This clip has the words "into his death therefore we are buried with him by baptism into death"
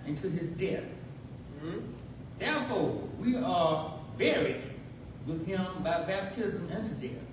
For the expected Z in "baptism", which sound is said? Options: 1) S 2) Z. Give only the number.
2